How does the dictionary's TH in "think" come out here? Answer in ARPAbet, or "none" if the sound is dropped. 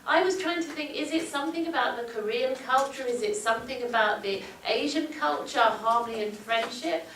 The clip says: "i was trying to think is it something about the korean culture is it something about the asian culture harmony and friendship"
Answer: TH